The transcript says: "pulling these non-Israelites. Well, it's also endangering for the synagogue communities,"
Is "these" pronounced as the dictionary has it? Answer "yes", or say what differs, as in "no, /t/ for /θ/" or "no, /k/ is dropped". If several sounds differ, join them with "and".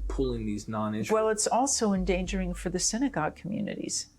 yes